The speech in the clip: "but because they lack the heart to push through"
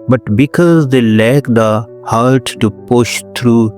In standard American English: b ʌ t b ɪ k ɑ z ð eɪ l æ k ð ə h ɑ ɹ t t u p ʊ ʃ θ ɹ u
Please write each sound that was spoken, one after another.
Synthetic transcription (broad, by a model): b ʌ t b ɪ k ɑ z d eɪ l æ k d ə h ɑ ɹ t t u p ʊ ʃ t ɹ u